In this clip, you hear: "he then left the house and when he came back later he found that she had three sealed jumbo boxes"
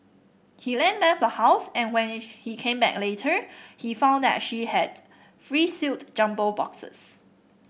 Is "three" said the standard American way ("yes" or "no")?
no